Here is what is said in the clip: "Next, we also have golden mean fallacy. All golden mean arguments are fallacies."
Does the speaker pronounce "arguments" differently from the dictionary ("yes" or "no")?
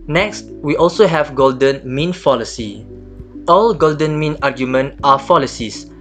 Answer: yes